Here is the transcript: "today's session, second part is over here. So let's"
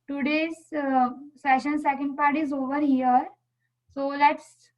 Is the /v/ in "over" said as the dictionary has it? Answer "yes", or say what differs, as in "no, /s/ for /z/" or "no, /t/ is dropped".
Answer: yes